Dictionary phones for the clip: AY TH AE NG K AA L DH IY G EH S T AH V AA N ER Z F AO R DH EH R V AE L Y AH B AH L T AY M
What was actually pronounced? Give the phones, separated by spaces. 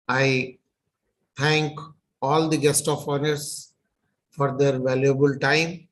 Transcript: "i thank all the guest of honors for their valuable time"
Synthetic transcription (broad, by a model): AY T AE NG K AA L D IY G EH S T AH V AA N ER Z F AO R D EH R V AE L Y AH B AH L T AY M